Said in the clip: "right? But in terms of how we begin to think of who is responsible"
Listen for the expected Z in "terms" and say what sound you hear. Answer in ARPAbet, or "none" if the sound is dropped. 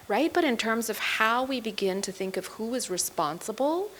Z